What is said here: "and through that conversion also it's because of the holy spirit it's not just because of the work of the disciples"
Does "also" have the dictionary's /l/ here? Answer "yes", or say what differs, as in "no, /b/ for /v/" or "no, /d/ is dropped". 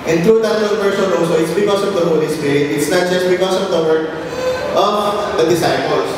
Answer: no, /l/ is dropped